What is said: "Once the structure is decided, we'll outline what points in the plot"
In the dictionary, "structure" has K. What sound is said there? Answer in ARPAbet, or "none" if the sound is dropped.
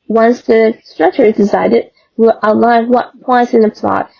K